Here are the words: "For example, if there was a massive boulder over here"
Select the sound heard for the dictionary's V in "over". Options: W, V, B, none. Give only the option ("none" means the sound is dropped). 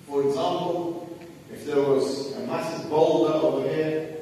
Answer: W